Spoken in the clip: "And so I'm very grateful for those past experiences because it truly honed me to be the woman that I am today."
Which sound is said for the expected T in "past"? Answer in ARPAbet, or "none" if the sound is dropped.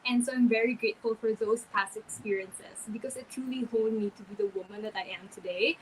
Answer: none